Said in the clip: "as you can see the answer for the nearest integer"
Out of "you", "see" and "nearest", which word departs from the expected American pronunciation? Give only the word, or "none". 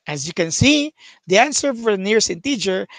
nearest